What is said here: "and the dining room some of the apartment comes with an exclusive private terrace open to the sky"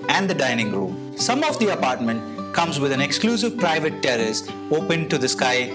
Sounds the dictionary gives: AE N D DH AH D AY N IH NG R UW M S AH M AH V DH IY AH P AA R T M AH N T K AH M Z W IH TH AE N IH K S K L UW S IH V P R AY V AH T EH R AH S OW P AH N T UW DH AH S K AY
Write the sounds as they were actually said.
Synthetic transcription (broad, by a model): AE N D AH D AY N IH NG R UW M S AH M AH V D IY AH P AA R T M AH N T K AH M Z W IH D AE N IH K S K L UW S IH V P R AY V AH T EH R AH S OW P AH N T UW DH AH S K AY